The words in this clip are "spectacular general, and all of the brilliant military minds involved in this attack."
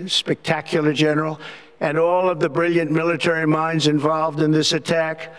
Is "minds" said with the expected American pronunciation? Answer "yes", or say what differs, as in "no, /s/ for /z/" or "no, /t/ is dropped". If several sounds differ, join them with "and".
yes